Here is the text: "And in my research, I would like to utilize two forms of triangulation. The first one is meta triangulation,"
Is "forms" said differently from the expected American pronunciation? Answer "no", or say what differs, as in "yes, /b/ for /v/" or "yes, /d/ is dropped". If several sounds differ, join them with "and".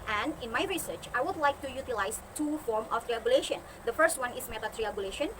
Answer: yes, /z/ is dropped